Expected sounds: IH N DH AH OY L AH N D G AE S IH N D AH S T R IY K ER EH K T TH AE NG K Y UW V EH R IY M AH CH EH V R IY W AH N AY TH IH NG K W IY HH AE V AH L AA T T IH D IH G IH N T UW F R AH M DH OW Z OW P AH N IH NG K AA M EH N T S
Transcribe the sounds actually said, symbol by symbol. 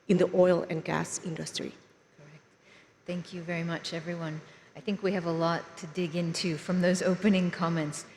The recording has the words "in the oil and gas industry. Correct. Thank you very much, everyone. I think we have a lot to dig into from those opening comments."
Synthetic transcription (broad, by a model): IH N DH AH OY L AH N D G AE S IH N D AH S T R IY K ER EH K T TH AE NG K Y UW V EH R IY M AH CH EH V R IY W AH N AY TH IH NG K W IY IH V AH L AA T T IH D IH G IH N T UW F R AH M DH OW Z OW P AH N IH NG K AA M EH N T S